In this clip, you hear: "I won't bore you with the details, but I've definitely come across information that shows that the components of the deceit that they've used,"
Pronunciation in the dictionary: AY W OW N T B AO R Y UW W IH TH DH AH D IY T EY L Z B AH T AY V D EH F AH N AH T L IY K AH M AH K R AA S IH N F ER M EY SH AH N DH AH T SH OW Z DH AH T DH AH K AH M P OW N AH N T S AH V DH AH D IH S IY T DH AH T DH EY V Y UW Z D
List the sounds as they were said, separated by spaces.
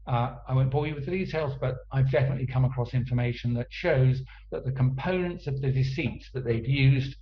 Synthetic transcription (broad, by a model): AY W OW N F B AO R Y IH W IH DH AH D IY T EY L Z B AH T AY V D EH F AH N AH T L IY K AH M AH K R AA S IH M F ER M EY SH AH N DH AH T SH OW Z DH AH T DH AH K AH M P OW N AH N T S AH V DH AH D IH S IY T DH AH T DH EY V Y UW Z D